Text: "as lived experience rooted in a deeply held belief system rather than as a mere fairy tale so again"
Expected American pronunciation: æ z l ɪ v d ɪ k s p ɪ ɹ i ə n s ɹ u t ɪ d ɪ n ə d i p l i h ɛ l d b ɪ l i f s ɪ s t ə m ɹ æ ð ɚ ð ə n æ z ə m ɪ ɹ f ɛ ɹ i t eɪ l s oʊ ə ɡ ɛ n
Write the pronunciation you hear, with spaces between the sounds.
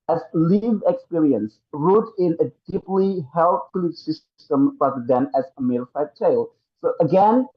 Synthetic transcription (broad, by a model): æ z l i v ɪ k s p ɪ ɹ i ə n s ɹ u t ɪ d ɪ n ə d i p l i h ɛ l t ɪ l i s ɪ s t ə m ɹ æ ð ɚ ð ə n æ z ə m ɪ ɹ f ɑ i t eɪ l s oʊ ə ɡ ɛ n